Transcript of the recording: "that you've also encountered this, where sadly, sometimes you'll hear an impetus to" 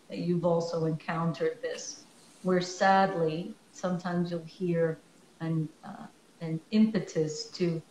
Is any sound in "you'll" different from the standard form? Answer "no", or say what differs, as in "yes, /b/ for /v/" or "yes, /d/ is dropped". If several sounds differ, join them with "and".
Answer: no